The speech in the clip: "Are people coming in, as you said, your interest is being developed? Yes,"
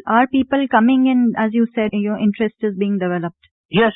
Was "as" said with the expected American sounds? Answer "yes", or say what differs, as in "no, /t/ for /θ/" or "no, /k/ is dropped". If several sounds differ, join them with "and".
yes